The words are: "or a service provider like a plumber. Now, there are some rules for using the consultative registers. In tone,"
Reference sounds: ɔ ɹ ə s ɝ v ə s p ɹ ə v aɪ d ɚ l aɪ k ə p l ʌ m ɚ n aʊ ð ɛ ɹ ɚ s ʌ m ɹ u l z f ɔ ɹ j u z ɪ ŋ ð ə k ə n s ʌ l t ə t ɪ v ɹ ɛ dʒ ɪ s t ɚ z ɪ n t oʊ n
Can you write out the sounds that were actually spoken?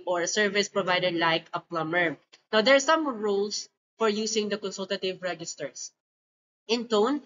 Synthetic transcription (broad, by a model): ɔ ɹ ə s ɝ v ə s p ɹ ə v aɪ d ɚ l aɪ k ə p l ʌ m ɚ n aʊ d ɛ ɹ s ʌ m ɹ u l s f ɔ ɹ j u s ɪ ŋ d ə k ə n s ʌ l t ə t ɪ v ɹ ɛ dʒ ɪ s t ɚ s ɪ n t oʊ n